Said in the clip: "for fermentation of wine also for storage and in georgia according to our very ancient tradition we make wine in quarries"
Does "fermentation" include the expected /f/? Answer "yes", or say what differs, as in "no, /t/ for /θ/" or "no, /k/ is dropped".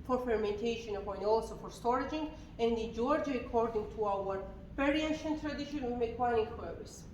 yes